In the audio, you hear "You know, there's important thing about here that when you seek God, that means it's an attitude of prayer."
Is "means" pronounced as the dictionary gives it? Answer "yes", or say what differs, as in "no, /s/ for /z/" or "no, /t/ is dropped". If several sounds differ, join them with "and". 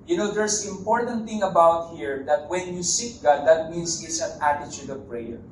no, /s/ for /z/